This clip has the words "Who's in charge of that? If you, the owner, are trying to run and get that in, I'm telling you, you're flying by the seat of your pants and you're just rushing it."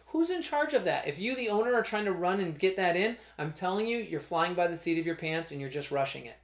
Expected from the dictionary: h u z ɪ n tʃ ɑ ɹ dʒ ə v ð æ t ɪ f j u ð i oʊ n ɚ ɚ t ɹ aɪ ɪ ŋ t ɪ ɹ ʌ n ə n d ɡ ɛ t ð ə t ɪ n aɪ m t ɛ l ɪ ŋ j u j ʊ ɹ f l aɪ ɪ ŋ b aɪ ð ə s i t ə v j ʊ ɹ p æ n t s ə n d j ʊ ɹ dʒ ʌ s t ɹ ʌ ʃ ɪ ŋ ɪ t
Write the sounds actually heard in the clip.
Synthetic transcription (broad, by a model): h u z ɪ n tʃ ɑ ɹ dʒ ə v ð æ t ɪ f j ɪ ð i oʊ n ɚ ɚ t ɹ aɪ ɪ ŋ t ɪ ɹ ʌ n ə n ɡ ɛ t ð ə t ɪ n aɪ m t ɛ l ɪ ŋ j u j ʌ ɹ f l aɪ ɪ ŋ b aɪ ð ə s i t ə v j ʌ ɹ p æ n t s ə n j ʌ ɹ dʒ ʌ s t ɹ ʌ ʃ ɪ ŋ ɪ t